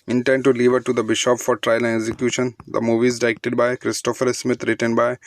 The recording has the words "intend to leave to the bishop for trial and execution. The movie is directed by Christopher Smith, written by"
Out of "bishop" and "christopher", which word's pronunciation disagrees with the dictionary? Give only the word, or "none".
none